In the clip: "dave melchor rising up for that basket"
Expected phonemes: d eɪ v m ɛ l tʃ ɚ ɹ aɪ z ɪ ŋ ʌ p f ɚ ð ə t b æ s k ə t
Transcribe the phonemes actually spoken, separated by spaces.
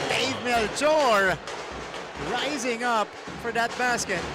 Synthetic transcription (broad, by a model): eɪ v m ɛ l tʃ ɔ ɹ aɪ z ɪ ŋ ʌ p f ɚ ð ə t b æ s k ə t